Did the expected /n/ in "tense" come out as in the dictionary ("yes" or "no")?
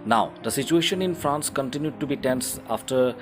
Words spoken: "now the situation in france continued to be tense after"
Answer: yes